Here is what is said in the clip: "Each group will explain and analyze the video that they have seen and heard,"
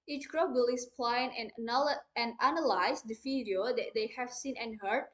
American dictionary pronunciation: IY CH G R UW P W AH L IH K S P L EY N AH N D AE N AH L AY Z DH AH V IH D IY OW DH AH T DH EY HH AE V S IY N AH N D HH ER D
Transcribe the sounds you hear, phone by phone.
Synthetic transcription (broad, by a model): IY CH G R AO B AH L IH S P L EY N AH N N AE N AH L AY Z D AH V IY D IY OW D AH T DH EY HH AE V S IY N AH N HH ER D